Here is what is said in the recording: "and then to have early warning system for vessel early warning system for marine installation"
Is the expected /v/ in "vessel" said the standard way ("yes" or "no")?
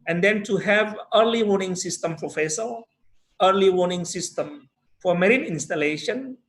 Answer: no